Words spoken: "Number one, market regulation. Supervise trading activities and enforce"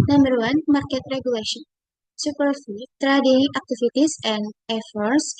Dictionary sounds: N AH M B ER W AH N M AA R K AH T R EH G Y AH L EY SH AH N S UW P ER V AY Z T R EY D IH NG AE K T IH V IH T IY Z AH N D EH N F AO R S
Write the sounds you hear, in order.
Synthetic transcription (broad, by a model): N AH M B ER W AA N M AA R K AH T R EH G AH L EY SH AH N S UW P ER F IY T R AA D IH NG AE K T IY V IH T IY S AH N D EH F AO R S